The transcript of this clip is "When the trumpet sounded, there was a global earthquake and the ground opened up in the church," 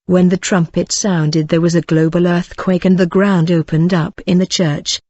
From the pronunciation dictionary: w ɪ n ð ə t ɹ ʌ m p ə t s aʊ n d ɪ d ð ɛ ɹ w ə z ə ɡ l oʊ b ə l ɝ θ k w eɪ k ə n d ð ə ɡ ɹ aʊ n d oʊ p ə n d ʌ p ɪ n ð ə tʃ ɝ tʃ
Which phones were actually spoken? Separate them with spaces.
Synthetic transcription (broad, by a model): w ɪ n ð ə t ɹ ʌ m p ə t s aʊ n d ɪ d ð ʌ ɹ w ə z ə ɡ l oʊ b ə l ɝ θ k w eɪ k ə n ð ə ɡ ɹ aʊ n d oʊ p ə n d ʌ p ɪ n ð ə tʃ ɝ tʃ